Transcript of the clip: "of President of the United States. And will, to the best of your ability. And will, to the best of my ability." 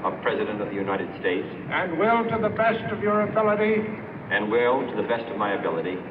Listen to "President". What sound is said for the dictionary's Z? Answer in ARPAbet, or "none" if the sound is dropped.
Z